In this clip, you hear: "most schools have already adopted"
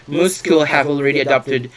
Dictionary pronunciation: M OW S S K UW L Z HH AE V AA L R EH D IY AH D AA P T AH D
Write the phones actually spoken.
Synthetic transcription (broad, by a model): M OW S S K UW L HH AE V AA L R EH D IY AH D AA P T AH D